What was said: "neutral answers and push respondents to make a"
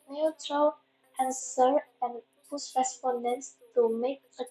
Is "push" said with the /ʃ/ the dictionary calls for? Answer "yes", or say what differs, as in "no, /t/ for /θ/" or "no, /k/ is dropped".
no, /s/ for /ʃ/